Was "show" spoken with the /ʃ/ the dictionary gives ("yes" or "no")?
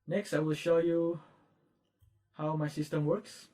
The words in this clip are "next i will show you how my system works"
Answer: yes